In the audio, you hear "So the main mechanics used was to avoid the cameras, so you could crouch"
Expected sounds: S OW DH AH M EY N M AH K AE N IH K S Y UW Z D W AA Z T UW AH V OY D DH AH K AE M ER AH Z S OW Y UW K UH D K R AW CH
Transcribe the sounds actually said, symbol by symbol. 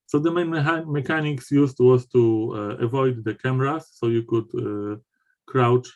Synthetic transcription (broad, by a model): S OW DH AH M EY N M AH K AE N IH K S Y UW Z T W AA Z T UW AH V OY D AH K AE M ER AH S OW Y UW K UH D K R AW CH